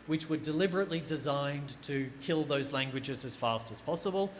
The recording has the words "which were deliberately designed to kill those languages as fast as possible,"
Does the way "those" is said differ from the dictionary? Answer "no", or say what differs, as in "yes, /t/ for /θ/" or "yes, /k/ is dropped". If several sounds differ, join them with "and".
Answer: no